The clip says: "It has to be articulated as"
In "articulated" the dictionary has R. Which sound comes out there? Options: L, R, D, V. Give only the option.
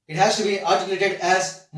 L